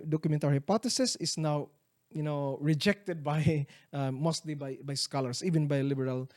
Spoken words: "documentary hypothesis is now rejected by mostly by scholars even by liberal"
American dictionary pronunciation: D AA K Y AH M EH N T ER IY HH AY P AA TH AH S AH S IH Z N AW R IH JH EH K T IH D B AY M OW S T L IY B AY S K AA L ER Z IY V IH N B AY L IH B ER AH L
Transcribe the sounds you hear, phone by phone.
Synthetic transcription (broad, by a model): D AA K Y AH M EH N T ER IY HH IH P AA T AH S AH S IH S N AW R IH JH EH K T IH D B AY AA OW S T L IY B AY S K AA L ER S IY V IH N B AY L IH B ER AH L